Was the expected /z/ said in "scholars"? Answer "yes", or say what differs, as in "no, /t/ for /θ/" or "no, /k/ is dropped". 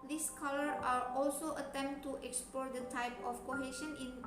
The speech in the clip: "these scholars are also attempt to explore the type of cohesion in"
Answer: no, /z/ is dropped